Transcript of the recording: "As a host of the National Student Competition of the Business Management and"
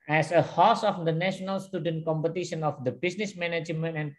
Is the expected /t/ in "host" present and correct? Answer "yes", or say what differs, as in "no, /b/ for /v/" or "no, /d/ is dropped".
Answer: no, /t/ is dropped